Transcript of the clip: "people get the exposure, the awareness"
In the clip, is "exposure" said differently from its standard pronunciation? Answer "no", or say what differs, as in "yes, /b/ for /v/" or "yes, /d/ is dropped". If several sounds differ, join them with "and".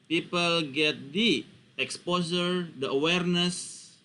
yes, /s/ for /ʒ/